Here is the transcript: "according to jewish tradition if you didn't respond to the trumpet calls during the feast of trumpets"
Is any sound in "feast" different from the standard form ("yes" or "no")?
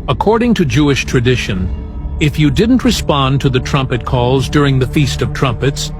no